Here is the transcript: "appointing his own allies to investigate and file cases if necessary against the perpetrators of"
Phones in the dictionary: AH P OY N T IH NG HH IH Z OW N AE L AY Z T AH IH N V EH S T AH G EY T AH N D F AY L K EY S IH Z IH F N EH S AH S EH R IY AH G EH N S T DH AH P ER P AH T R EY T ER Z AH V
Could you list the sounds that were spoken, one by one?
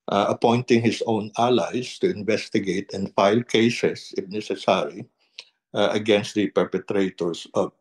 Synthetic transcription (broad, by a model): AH P OY N T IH NG HH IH S OW N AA L AY S T AH IH N V EH S T AH G EY T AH N F AY L K EY S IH S IH F N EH S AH S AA R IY AH G EH N S T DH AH P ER P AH T R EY T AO S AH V